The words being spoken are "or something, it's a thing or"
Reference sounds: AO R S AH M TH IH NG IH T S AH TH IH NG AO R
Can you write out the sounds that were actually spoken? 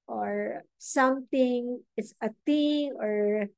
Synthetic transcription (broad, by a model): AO R S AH M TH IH NG IH T S AH T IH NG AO R